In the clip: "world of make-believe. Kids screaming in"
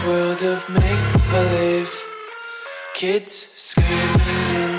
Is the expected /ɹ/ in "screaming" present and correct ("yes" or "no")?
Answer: no